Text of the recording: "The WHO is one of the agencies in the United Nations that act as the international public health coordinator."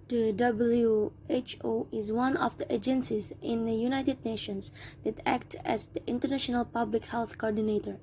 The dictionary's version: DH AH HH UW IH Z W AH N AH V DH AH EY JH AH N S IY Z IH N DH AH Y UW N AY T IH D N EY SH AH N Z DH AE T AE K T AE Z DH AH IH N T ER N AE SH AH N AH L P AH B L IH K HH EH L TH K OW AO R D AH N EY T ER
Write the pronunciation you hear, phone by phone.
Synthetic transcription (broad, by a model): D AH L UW IH Z W AH N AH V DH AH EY JH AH N S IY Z IH N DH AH Y UW N AY T IH D N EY SH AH N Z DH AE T AE K T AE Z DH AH IH N T ER N AE SH AH N AH L P AH B L IH K HH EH L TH K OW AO R D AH N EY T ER